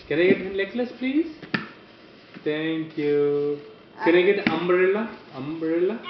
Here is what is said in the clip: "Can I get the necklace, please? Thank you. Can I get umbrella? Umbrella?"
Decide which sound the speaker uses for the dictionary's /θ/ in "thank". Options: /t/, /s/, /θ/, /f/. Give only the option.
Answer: /t/